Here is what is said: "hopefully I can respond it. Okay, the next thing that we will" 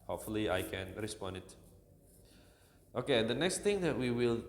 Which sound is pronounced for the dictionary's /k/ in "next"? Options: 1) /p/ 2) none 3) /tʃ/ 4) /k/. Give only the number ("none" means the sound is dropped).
4